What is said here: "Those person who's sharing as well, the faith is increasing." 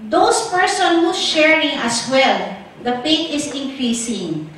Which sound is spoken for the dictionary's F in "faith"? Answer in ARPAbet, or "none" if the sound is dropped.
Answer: P